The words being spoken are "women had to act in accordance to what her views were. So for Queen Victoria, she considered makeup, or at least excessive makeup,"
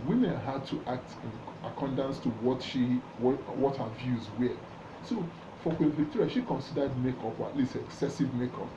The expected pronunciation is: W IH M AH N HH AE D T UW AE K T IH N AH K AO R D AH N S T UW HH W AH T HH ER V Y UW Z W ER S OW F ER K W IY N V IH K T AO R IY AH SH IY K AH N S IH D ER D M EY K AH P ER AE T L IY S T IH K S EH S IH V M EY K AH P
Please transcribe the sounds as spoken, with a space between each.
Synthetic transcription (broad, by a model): W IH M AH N HH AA D T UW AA K T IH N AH K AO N D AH N S T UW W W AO T HH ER V Y UW Z W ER S OW F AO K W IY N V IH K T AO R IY SH IY K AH N S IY D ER D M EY K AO P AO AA T L IY S T IH K S EH S IH V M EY K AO P